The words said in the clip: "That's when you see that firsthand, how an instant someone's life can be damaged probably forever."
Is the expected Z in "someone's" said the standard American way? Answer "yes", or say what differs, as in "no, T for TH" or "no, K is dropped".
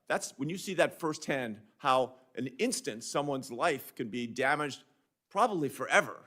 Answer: yes